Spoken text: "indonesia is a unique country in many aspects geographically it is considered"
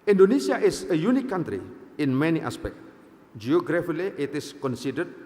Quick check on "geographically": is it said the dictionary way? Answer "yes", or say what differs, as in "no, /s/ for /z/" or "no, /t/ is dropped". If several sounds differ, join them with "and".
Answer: no, /k/ is dropped